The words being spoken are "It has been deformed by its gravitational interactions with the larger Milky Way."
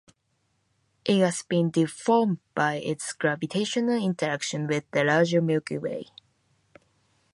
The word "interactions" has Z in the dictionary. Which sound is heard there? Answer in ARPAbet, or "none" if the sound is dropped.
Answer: none